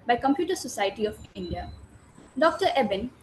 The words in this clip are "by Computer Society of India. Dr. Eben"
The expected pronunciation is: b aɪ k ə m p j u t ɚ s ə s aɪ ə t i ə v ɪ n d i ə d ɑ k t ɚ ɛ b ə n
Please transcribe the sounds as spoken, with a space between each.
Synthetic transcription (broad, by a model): b aɪ k ə m p j u t ɚ s ə s aɪ ə t i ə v ɪ n d i ə d ɑ k t ɚ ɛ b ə n